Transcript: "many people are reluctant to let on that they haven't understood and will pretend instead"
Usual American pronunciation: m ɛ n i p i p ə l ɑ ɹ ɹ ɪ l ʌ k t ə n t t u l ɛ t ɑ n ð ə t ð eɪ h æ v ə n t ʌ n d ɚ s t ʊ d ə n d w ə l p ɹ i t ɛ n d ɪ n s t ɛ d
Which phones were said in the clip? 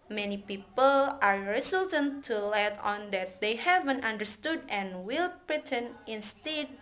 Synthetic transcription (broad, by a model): m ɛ n i p i p ə l ɑ ɹ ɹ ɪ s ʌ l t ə n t t u l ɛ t ɑ n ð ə t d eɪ h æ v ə n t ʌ n d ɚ s t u d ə n w ə l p ɹ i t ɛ n ɪ n s t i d